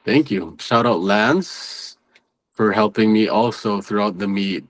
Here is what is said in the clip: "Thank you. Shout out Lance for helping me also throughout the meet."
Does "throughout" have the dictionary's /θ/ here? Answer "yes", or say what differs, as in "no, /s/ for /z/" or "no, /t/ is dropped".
yes